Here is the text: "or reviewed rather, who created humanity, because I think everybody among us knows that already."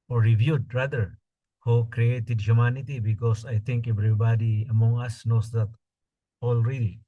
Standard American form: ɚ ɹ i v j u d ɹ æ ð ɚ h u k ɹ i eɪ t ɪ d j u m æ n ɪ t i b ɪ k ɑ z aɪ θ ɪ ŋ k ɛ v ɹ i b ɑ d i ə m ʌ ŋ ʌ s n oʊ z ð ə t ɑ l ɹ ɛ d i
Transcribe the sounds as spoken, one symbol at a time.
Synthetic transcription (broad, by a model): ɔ ɹ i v j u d ɹ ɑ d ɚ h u k ɹ i eɪ t ɪ d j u m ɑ n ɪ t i b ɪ k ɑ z aɪ t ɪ ŋ k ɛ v ɹ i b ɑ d i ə m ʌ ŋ ʌ s n oʊ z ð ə t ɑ l ɹ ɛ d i